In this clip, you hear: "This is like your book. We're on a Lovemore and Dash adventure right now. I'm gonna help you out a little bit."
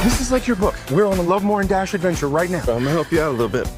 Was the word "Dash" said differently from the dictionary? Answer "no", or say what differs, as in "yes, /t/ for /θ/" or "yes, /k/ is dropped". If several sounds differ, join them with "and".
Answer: no